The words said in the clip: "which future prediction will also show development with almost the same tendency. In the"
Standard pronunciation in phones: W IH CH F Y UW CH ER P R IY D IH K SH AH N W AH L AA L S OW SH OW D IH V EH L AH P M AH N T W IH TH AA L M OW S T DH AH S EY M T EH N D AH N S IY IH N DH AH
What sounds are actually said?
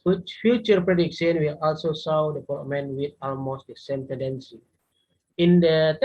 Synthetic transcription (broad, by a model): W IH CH F Y UW CH ER P R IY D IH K S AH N W AH L AA L S OW S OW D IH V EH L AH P M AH N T W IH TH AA L M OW S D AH S EY M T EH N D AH N S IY IH N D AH